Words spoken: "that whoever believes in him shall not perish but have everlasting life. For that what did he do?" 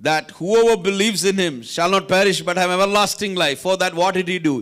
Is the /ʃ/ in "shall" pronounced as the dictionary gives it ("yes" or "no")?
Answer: yes